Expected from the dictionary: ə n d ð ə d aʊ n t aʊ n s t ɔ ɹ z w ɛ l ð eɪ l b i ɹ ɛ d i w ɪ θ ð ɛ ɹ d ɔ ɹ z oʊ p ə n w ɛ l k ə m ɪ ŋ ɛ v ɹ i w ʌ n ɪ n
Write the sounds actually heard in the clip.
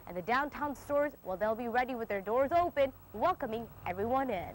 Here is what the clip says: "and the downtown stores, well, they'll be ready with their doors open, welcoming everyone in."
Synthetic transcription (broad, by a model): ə n ð ə d aʊ n t aʊ n s t ɔ ɹ z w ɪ l ð eɪ l b i ɹ ɛ d i w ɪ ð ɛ ɹ d ɔ ɹ z oʊ p ə n w ɛ l k ə m ɪ ŋ ɛ v ɹ i w ʌ n ɪ n